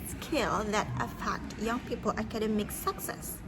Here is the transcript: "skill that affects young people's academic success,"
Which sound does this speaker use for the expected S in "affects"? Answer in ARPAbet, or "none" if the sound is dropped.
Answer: none